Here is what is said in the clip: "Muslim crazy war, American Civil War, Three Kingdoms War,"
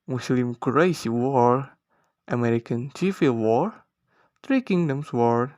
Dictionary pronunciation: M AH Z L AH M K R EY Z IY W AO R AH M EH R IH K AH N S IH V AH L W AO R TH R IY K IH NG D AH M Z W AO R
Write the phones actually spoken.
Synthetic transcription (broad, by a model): M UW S L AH M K R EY S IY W AO R AH M EH R IH K AH N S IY F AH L W AO R T R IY K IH NG D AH M S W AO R